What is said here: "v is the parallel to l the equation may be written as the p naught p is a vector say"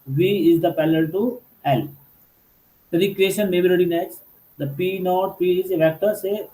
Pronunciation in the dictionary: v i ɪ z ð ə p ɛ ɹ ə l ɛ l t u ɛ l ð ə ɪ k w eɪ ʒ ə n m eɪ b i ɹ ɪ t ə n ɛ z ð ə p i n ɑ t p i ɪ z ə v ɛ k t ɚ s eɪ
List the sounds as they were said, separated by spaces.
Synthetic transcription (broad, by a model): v i ɪ z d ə p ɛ l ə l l t u ɛ l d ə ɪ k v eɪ ʃ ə n m eɪ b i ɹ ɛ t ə n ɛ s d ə p i n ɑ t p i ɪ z ə v ɛ k t ɚ s eɪ